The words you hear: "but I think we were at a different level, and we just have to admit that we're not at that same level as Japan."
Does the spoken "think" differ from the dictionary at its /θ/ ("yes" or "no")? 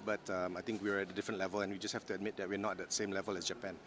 yes